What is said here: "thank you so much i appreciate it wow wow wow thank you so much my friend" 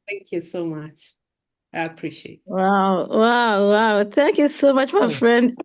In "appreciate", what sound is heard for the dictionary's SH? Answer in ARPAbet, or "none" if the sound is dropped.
SH